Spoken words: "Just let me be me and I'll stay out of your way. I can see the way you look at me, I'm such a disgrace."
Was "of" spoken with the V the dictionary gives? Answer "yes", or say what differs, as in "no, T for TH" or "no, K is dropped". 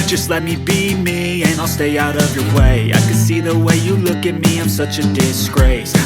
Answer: yes